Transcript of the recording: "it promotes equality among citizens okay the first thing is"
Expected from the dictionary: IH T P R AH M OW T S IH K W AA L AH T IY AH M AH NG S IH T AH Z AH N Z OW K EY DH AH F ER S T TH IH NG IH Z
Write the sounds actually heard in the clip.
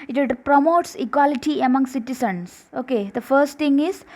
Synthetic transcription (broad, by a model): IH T P R AH M OW T S IH K W AA L AH T IY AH M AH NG S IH T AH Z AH N S OW K EY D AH F ER S T T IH NG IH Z